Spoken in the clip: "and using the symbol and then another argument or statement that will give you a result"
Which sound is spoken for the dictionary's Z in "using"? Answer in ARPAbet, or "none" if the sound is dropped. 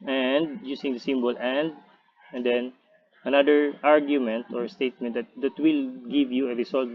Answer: S